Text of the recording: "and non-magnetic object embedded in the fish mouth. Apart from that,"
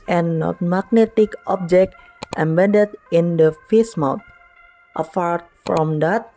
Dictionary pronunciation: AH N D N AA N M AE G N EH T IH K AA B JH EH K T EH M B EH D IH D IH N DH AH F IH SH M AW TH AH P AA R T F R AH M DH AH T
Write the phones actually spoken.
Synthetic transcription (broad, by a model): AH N N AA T M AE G N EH T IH K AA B JH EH K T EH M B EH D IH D IH N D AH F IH S M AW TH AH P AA R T F R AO M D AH T